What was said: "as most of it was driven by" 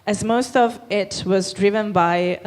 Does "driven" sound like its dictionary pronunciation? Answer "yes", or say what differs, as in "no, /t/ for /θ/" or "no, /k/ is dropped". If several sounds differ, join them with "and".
yes